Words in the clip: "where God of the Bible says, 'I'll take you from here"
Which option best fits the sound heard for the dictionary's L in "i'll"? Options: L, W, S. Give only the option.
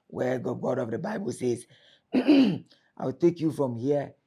W